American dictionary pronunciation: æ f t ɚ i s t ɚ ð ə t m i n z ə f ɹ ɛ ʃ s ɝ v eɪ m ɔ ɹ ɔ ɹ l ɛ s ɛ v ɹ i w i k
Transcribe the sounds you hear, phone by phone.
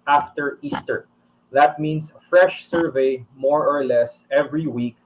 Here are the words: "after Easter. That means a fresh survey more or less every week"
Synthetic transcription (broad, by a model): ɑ f t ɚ i s t ɚ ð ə t m i n s ə f ɹ ɛ ʃ s ɝ v eɪ m ɔ ɹ ɔ ɹ l ɛ s ɛ v ɹ i w i k